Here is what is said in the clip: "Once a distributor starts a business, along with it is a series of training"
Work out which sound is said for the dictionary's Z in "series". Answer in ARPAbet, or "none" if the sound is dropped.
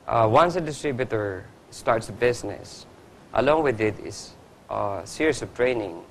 S